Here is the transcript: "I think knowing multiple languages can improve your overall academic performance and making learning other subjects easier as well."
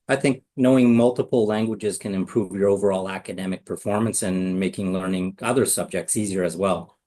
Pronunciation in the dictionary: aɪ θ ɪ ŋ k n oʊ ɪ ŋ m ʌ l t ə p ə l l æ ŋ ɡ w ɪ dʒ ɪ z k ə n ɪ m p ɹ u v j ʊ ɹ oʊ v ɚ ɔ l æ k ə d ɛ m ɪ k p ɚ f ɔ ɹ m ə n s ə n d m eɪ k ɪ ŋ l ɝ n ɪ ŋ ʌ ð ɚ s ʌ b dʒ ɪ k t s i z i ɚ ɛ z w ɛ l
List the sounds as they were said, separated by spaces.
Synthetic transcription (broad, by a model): aɪ θ ɪ ŋ k n oʊ ɪ ŋ m ʌ l t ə p l l æ ŋ ɡ w ɪ dʒ ɪ z k ə n ɪ m p ɹ u v j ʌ ɹ oʊ v ɚ ɔ l æ k ə d ɛ m ɪ k p ɚ f ɔ ɹ m ə n s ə n m eɪ k ɪ ŋ l ɝ n ɪ ŋ ʌ ð ɚ s ʌ b dʒ ɪ k t s i z i ɚ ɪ z w ɛ l